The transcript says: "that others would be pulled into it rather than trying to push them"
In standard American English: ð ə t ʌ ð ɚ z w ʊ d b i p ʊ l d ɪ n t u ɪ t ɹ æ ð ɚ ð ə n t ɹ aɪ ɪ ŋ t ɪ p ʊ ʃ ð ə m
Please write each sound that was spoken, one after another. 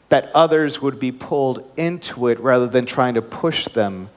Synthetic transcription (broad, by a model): ð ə t ʌ ð ɚ z w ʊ d b i p ʊ l d ɪ n t u ɪ t ɹ æ ð ɚ ð ə n t ɹ aɪ ɪ ŋ t ɪ p ʊ ʃ ð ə m